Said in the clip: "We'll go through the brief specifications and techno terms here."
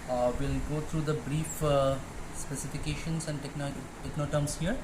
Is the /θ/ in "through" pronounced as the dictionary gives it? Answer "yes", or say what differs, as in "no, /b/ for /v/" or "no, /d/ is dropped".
no, /t/ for /θ/